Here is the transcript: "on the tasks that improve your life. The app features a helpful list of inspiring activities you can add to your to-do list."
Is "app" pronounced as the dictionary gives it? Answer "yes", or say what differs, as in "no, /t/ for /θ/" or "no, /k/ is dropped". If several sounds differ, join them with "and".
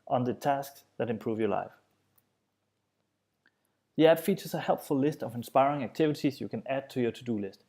no, /b/ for /p/